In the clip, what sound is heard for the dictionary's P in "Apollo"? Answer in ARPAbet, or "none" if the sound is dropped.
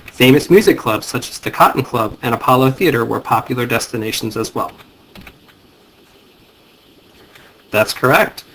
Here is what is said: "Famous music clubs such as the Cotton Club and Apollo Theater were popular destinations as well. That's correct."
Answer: P